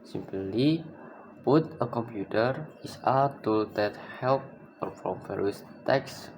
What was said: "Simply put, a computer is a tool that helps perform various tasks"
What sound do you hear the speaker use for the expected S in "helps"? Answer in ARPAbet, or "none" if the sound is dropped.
none